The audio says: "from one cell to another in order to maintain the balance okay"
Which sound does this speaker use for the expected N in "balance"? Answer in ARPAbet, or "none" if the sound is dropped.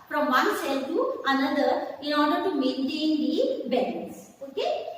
none